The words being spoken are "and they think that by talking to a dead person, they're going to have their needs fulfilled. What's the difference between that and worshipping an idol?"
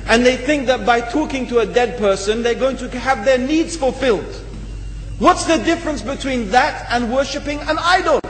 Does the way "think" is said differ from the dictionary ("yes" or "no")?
no